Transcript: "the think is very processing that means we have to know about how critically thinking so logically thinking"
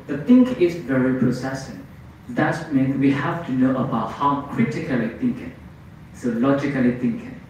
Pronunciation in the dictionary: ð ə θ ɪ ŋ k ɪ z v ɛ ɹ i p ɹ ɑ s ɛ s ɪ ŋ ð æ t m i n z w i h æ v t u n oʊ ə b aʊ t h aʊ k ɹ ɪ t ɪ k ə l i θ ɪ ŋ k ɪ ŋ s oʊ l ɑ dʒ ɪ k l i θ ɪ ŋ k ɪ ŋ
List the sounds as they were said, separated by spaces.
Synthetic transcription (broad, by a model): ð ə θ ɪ ŋ k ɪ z v ɛ ɹ i p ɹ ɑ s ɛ s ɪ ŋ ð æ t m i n w i h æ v t u n oʊ ə b aʊ t h aʊ k ɹ ɪ t ɪ k ə l i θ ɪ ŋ k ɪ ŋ s oʊ l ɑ dʒ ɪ k l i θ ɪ ŋ k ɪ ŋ